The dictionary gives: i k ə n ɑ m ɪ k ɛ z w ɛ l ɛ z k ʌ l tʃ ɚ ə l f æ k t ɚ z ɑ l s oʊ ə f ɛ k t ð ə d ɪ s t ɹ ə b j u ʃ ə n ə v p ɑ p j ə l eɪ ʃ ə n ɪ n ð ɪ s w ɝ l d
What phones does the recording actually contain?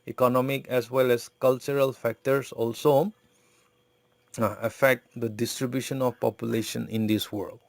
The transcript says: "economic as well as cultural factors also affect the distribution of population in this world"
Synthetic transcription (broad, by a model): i k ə n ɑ m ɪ k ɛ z w ɛ l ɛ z k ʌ l tʃ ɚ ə l f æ k t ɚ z ɑ l s oʊ ə f ɛ k t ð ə d ɪ s t ɹ ə b j u ʃ ə n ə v p ɑ p j ə l eɪ ʃ ə n ɪ n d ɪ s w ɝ l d